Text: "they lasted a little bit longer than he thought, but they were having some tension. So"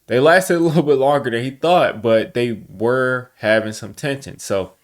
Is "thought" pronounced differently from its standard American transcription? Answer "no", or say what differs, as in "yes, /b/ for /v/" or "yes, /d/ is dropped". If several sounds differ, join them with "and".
no